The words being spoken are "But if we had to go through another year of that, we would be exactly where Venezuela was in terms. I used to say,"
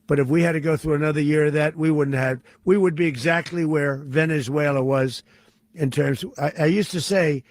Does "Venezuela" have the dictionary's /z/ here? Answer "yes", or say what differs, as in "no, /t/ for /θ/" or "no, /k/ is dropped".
yes